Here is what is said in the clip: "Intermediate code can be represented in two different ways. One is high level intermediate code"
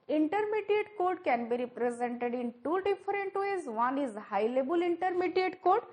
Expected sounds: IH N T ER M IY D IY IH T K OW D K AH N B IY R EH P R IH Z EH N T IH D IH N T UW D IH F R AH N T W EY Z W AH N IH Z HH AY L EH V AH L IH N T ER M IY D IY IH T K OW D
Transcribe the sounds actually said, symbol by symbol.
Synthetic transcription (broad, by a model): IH N T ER M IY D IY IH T K OW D K AH N B IY R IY P R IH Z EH N T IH D IH N T UW D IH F R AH N T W EY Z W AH N IH Z HH AY L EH B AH L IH N T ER M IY D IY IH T K OW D